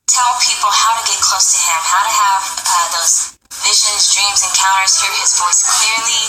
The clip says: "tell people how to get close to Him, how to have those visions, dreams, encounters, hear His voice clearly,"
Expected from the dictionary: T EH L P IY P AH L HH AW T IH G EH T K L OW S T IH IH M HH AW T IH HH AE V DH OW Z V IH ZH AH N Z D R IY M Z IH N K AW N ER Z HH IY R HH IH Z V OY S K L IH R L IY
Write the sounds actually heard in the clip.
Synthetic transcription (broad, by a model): T EH L P IY P L HH AW T IH G EH T K L OW S T IH IH M HH AW T IH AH V DH OW Z V IH ZH AH N Z D R IY M Z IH N K AW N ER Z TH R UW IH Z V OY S K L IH R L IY